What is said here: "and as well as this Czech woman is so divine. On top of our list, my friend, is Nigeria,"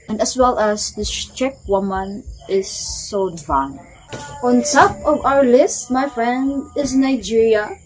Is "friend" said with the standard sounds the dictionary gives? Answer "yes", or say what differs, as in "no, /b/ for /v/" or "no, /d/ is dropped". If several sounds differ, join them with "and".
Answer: yes